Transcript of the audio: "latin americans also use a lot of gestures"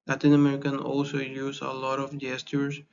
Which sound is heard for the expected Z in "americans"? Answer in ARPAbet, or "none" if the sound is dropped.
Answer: none